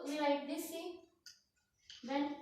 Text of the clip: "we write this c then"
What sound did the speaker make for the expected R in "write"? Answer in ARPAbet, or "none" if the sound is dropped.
L